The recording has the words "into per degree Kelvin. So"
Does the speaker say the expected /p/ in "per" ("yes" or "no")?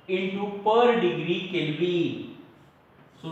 yes